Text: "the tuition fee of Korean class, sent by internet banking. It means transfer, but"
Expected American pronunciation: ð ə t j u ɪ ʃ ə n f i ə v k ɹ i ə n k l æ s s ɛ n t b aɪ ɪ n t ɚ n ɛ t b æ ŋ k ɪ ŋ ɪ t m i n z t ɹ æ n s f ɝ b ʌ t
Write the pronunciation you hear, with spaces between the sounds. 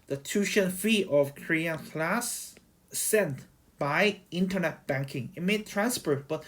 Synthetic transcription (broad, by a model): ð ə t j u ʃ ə n f i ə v k ɹ i ə n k l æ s s ɛ n t b aɪ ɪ n t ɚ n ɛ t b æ ŋ k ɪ ŋ ɪ t m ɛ t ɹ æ n s p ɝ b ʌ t